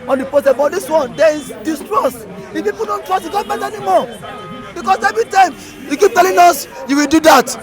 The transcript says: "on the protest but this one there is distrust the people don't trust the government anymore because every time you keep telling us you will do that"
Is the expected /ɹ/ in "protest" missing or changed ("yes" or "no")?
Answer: yes